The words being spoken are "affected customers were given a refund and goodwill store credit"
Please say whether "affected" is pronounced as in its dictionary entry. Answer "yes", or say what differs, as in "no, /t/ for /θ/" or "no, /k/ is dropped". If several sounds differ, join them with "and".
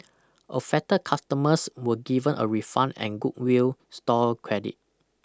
no, /k/ is dropped